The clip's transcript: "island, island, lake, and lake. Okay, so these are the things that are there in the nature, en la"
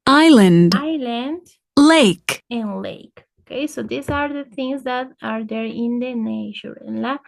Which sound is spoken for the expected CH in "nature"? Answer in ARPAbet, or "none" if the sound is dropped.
SH